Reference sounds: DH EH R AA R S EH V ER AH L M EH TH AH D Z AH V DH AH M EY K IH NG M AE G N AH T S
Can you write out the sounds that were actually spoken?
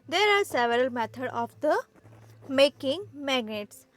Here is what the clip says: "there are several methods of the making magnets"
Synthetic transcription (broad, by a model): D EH R AA R S EH V ER AH L M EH T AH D AH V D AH M EY K IH NG M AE G N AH T S